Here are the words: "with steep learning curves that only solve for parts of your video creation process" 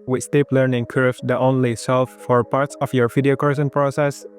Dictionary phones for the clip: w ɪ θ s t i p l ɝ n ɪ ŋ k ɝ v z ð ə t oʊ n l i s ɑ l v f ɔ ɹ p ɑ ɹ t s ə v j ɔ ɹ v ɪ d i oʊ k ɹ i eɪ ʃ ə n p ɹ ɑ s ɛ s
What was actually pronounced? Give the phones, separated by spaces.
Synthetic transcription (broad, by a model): w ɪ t s t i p l ɝ n ɪ ŋ k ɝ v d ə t oʊ n l i s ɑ l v f ɔ ɹ p ɑ ɹ t s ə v j ɔ ɹ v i d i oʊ k i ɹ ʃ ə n p ɹ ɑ s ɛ s